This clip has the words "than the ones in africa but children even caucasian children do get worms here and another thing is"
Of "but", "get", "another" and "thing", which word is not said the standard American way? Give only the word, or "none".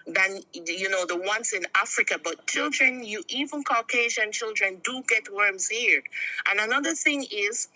none